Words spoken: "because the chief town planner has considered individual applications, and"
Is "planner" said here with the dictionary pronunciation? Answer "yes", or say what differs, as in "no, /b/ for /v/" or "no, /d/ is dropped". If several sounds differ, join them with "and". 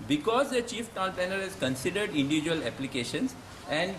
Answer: no, /l/ is dropped